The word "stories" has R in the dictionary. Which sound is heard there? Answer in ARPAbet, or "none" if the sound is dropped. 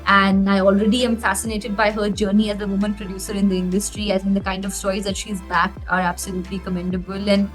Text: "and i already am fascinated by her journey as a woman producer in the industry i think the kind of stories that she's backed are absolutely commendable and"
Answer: none